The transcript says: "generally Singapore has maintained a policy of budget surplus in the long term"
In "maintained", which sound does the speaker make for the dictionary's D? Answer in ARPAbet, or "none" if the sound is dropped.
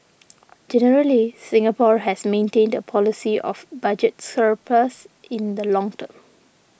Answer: D